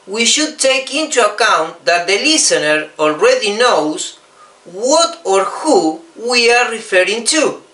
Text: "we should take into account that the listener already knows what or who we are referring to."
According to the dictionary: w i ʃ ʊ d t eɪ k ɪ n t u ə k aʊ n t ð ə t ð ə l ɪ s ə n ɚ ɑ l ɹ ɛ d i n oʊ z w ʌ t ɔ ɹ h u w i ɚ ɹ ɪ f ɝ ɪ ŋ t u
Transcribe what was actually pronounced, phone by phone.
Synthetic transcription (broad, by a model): w i ʃ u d t eɪ k ɪ n t u ə k aʊ n t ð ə t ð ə l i s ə n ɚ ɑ l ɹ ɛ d i n oʊ s w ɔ t ɔ ɹ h u w i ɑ ɹ ɪ f ɝ ɪ ŋ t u